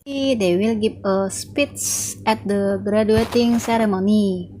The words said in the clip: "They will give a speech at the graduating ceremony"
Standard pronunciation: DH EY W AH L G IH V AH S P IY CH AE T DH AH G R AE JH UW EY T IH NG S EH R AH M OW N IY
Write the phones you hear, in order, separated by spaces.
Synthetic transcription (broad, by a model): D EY W AH L G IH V AH S P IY S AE T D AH G R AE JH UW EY T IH NG S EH R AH M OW N IY